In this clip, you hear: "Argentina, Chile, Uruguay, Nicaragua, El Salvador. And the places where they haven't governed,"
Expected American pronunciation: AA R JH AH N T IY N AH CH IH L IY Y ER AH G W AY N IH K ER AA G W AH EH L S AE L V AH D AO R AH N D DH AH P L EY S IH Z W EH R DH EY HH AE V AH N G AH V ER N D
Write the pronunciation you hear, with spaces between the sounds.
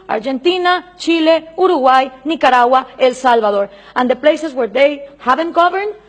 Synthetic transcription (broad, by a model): AA R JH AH N T IY N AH CH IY L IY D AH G W AY N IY K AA AA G W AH EH L S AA L B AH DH AO R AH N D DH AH P L EY S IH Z W EH R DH EY HH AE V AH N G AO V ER N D